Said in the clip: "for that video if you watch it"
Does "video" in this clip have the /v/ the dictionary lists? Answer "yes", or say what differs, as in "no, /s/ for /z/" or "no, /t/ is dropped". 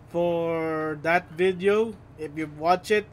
yes